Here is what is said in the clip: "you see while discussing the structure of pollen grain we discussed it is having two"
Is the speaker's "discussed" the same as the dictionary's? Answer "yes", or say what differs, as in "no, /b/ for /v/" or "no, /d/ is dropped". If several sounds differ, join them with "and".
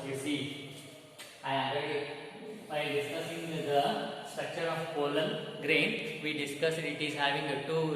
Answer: no, /t/ is dropped